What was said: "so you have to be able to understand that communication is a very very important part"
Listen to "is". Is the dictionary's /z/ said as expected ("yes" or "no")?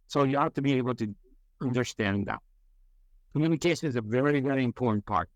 yes